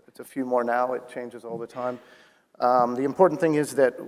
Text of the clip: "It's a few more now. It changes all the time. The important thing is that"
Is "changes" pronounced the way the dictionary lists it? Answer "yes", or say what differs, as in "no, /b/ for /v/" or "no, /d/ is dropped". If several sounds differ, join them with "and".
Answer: yes